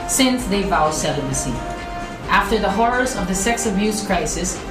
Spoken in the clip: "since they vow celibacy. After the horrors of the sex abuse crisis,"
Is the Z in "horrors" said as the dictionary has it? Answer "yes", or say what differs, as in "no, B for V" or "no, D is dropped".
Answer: yes